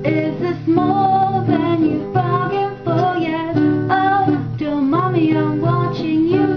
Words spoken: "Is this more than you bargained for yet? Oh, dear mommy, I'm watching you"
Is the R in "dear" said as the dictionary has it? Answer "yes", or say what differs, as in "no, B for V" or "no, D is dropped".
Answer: no, L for R